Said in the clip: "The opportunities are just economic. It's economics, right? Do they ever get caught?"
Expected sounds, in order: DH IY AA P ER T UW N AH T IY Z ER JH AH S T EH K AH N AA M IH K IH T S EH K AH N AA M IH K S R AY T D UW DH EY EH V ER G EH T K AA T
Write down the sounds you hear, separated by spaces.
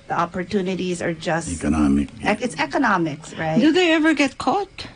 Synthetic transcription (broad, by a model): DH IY AA P ER T UW N AH T IY Z ER JH AH S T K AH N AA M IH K IH T S EH K AH N AA M IH K S R AY T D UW DH EY EH V ER G EH T K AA T